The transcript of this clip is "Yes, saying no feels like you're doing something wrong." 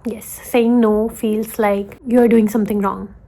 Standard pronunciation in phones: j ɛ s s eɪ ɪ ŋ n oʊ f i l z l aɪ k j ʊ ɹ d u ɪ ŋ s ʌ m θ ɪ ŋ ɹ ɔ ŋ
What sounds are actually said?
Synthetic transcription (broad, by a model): j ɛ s s eɪ ɪ ŋ n oʊ f i l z l aɪ k j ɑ ɹ d u ɪ ŋ s ʌ m t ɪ ŋ ɹ ɔ ŋ